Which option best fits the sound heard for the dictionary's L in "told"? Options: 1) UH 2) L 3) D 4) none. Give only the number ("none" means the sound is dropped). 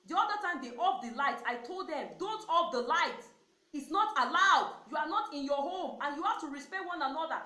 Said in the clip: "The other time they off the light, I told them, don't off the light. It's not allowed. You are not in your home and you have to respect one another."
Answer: 2